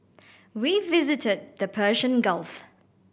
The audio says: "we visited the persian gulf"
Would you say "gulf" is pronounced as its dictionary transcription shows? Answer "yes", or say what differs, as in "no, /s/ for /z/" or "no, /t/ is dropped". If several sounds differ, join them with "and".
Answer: yes